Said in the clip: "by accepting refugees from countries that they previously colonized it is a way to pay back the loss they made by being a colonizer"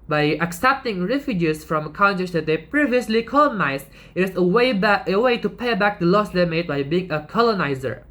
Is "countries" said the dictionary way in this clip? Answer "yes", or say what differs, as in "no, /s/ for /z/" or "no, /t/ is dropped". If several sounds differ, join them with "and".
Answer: no, /ɹ/ is dropped